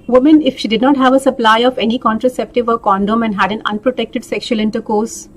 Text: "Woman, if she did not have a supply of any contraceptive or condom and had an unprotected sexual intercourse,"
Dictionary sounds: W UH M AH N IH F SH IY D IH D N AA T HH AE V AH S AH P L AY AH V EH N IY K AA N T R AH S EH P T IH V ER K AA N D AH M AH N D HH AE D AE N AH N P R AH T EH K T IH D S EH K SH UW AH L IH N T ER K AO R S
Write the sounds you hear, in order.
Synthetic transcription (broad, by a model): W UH M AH N IH F SH IY D IH D N AA T HH AE V AH S AH P L AY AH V EH N IY K AA N T R AH S EH P T IH V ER K AA N D AH M AH N D HH AE D AE N AH N P R AH T EH K T IH D S EH K SH UW AH L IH N T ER K AO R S